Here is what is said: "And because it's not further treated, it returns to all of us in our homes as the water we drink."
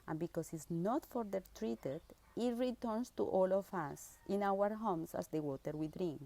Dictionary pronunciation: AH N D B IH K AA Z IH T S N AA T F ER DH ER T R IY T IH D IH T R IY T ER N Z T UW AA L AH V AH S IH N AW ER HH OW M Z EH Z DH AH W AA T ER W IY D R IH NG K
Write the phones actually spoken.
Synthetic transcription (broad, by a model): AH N B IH K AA S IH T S N AA T F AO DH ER T R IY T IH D IH T R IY T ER N S T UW AA L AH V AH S IH N AW ER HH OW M S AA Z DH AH W AA T ER W IY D R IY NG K